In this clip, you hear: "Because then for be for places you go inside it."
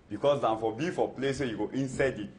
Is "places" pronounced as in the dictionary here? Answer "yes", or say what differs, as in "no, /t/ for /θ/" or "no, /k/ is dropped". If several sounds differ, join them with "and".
no, /z/ is dropped